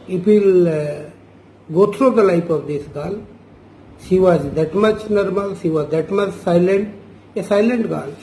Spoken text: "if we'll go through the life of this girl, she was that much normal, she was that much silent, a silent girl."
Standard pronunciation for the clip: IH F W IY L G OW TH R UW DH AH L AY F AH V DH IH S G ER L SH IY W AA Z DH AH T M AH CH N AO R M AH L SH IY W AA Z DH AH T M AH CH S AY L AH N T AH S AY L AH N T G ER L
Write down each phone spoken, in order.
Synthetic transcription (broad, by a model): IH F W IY L G OW T R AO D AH L AY P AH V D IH S G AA L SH IY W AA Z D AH T M AH CH N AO R M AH L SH IY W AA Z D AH T M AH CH S AY L AH N T AH S AY L AH N T G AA L